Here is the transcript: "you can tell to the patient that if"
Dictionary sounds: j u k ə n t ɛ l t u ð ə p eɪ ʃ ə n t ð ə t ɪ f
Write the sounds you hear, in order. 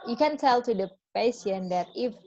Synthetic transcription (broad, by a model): j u k ə n t ɛ l t u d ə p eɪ s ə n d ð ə t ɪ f